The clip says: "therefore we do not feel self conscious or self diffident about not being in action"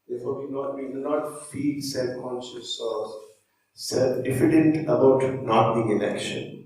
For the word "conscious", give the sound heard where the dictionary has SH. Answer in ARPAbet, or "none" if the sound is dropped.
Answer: S